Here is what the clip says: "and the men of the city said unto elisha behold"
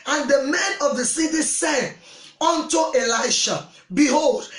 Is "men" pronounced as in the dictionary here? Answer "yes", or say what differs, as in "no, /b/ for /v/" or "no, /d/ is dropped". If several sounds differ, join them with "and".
yes